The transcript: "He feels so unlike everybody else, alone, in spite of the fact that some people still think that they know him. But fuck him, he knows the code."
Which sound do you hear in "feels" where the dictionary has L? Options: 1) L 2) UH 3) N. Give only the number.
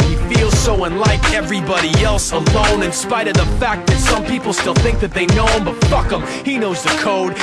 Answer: 1